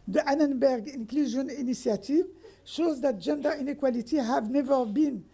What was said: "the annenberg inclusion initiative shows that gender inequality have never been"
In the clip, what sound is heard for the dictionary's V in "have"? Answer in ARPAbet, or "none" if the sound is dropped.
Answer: V